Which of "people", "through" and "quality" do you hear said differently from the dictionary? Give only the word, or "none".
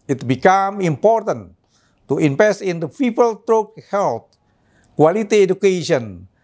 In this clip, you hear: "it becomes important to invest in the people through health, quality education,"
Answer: through